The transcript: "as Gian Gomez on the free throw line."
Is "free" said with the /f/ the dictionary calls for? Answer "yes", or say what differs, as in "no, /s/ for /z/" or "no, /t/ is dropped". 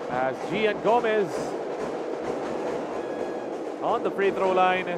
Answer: no, /p/ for /f/